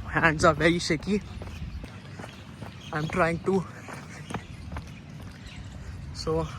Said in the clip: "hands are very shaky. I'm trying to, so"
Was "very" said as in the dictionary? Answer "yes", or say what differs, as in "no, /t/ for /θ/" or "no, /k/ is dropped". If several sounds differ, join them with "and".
no, /ɹ/ is dropped